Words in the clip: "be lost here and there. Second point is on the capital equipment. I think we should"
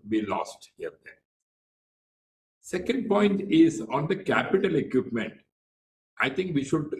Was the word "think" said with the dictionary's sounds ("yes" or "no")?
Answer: no